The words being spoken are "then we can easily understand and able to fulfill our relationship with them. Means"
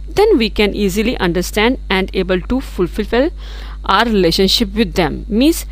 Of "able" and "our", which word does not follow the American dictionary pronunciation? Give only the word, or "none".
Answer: our